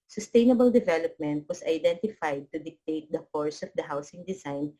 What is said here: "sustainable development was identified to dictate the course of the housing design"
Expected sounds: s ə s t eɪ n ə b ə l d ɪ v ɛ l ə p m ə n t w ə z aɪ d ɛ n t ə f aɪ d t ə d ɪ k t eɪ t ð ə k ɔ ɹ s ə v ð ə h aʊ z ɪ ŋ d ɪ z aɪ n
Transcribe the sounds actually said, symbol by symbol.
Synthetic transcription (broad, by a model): s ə s t eɪ n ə b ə l d ɪ v ɛ l ə p m ə n t w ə s aɪ d ɛ n t ə f aɪ d t ə d ɪ k t eɪ t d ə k ɔ ɹ s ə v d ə h aʊ s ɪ ŋ d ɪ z aɪ n